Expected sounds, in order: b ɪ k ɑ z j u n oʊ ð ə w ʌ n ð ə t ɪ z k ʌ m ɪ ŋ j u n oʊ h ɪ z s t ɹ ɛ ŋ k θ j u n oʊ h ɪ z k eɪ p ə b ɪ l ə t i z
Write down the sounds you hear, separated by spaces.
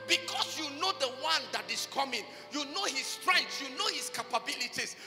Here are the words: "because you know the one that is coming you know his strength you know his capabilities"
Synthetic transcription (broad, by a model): b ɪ k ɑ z j u n oʊ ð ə w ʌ n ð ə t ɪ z k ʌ m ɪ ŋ j u n oʊ h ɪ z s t ɹ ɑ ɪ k s j u n oʊ h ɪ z k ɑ p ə b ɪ l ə t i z